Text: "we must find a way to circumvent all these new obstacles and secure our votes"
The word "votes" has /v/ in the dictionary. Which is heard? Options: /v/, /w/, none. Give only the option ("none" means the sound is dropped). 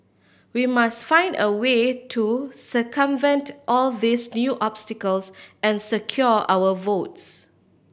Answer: /v/